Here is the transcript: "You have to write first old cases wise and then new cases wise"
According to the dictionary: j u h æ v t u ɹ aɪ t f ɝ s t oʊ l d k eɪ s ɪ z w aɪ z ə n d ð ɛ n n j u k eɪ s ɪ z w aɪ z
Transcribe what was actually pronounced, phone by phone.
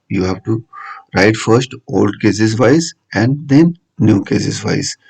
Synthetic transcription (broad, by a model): j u h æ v t u ɹ aɪ t f ɝ s t oʊ l d k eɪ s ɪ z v aɪ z ə n d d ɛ n n j u k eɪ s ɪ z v aɪ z